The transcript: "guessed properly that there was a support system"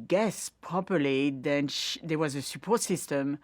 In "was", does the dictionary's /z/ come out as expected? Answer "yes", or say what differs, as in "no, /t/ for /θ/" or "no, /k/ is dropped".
yes